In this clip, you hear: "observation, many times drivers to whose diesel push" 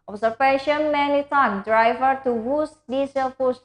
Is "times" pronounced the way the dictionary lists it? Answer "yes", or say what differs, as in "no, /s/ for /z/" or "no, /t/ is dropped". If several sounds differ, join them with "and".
no, /z/ is dropped